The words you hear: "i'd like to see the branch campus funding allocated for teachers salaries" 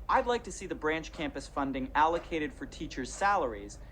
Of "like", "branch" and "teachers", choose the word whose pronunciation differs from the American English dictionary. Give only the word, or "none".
none